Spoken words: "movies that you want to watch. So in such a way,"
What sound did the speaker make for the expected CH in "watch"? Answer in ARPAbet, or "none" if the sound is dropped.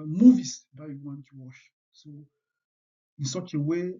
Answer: SH